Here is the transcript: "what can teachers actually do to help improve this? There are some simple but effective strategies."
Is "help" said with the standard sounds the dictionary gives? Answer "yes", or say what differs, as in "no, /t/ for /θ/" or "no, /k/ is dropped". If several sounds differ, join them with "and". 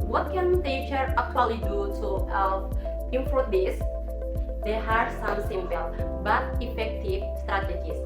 no, /p/ is dropped